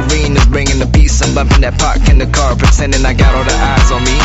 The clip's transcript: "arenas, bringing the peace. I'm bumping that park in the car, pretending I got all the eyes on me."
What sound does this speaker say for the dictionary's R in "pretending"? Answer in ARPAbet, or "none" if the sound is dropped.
none